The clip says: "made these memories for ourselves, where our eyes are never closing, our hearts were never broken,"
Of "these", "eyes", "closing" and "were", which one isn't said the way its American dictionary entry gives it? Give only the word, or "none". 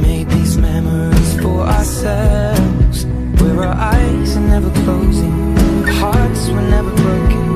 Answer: none